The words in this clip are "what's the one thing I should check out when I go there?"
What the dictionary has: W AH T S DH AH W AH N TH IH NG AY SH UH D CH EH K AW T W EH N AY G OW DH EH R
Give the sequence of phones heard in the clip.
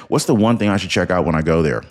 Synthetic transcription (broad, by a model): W AH T S DH AH W AH N TH IH NG AY SH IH D CH EH K AW T W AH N AY G OW DH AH R